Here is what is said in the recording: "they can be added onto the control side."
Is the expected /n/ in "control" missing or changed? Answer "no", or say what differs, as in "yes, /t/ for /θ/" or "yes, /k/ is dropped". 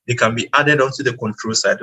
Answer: no